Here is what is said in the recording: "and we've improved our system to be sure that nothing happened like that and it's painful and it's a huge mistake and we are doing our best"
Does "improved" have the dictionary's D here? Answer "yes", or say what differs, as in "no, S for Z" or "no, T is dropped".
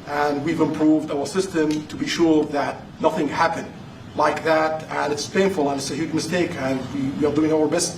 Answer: yes